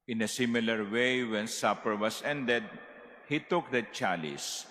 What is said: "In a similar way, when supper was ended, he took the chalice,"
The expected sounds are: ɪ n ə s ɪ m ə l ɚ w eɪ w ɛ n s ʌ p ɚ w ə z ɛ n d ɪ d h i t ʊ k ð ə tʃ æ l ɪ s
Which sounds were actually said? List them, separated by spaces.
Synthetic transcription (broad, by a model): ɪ n ə s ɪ m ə l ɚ w eɪ w ɛ n s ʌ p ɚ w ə s ɛ n d ɪ d h i t ʊ k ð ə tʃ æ l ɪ s